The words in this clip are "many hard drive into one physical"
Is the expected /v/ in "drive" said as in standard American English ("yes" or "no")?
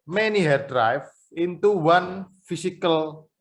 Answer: no